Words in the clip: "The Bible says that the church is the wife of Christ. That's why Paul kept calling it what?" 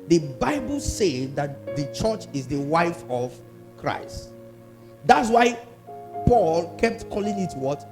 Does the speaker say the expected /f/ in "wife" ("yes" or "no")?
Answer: yes